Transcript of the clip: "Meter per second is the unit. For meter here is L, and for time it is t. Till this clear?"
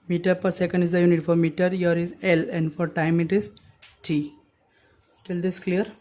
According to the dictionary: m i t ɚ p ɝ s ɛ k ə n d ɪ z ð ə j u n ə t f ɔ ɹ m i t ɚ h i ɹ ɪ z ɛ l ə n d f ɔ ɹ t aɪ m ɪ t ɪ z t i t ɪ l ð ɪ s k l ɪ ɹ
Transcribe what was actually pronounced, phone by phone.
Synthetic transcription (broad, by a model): m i t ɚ p ɝ s ɛ k ə n d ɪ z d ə j u n ə t f ɔ ɹ m i t ɚ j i ɹ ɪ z ɛ l ə n d f ɔ ɹ t aɪ m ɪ t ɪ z t i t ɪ l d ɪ s k l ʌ ɹ